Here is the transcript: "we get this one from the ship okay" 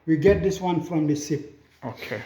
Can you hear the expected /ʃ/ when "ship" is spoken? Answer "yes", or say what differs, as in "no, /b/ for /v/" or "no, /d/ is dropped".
no, /s/ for /ʃ/